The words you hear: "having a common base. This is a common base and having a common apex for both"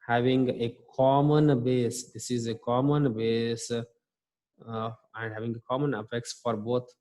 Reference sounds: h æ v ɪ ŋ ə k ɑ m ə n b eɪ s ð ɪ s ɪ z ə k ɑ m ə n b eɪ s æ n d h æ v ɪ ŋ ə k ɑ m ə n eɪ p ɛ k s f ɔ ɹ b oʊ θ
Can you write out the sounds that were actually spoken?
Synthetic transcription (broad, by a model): h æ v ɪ ŋ ə k ɑ m ə n b eɪ s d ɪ s ɪ z ə k ɑ m ə n b eɪ s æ n d h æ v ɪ ŋ ə k ɑ m ə n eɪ f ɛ k s f ɔ ɹ b oʊ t